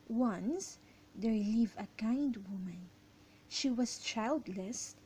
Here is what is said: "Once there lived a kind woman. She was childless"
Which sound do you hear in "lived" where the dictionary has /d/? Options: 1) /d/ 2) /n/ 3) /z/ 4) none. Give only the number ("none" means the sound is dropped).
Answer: 4